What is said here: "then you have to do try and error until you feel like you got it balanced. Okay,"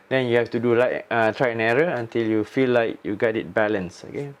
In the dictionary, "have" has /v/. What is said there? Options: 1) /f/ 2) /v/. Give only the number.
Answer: 1